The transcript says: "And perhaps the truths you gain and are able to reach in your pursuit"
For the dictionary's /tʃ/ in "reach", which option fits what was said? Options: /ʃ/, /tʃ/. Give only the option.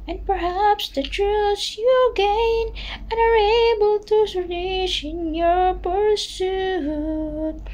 /ʃ/